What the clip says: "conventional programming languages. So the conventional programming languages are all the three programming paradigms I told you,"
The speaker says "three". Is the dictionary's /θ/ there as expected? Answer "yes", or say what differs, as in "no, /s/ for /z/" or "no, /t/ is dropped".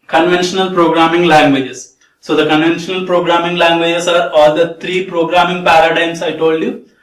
no, /t/ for /θ/